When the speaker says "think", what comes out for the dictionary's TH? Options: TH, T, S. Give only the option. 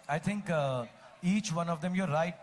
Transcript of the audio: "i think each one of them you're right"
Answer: T